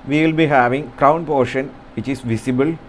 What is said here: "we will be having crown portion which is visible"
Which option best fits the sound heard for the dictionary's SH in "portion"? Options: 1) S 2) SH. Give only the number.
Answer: 2